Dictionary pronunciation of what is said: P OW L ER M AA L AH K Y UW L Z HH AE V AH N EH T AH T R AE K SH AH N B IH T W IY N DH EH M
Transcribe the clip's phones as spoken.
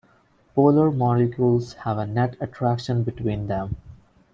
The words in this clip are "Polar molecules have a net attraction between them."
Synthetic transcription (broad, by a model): P OW L ER M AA L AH K Y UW L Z HH AE V AH N EH T AH T R AE K SH AH N B IH T W IY N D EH M